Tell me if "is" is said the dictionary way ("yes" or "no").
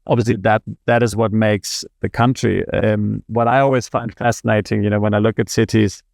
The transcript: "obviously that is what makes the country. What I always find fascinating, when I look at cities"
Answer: yes